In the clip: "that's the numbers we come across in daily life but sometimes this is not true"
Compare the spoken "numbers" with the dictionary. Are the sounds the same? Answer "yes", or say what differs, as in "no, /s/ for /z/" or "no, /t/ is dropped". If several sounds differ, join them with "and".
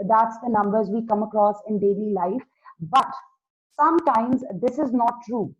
yes